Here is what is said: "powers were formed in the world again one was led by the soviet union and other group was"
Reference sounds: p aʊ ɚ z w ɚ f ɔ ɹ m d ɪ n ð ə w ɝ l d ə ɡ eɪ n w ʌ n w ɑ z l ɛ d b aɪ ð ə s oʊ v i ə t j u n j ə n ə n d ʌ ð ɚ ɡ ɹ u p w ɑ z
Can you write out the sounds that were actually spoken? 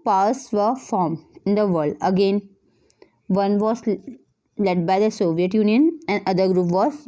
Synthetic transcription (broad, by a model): p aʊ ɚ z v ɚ f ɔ ɹ m ɪ n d ə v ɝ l d ə ɡ eɪ n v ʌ n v ɑ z l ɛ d b aɪ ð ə s oʊ v i ə t j u n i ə n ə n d ʌ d ɚ ɡ ɹ u p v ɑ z